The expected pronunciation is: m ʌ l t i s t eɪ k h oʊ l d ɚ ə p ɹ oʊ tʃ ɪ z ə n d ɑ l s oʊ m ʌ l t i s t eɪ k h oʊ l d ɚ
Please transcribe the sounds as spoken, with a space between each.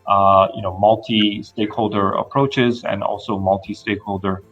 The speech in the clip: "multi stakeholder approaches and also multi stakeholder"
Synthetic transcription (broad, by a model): m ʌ l t i s t eɪ k h oʊ l d ɚ ə p ɹ oʊ tʃ ɪ z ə n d ɑ l s oʊ m ʌ l t i s t eɪ k h oʊ l d ɚ